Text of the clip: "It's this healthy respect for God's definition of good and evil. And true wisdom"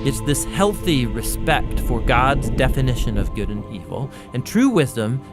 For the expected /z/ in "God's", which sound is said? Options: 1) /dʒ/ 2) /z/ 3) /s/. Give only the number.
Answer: 2